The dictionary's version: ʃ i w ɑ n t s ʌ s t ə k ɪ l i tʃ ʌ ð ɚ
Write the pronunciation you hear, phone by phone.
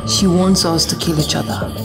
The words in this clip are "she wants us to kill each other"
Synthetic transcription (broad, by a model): ʃ i w ɑ n t s ʌ s t ə k ɪ l i tʃ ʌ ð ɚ